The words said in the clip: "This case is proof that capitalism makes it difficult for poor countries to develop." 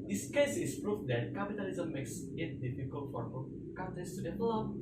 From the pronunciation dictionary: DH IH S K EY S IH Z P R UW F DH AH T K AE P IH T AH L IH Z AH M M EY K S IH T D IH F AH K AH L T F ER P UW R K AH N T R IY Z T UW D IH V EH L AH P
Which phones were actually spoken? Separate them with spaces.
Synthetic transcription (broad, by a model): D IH S K EY S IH S P R UW F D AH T K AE P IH T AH L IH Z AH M M EY K S IH T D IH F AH K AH L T F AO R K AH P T IY S T UW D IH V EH L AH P